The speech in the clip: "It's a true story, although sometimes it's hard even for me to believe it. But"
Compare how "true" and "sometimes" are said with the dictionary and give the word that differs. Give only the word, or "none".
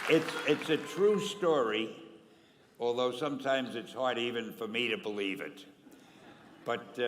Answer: none